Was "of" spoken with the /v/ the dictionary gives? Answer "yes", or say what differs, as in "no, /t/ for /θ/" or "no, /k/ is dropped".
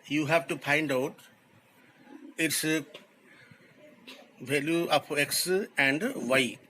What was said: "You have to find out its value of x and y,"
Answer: no, /p/ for /v/